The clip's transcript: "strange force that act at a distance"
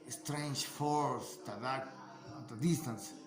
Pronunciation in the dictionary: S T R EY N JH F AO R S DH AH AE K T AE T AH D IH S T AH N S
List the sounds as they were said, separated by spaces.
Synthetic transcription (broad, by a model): S T R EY N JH F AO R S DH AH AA T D AH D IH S T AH N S